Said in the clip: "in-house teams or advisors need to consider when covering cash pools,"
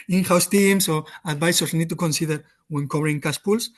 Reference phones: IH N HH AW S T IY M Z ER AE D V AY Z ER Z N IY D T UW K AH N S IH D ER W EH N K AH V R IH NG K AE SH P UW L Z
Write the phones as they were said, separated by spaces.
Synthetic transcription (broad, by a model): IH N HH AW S T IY M S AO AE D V AY S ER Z N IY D T UW K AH N S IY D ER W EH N K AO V R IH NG K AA S P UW L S